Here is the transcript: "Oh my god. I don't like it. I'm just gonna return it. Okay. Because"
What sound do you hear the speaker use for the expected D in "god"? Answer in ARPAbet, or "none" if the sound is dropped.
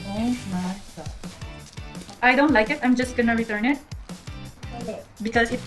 none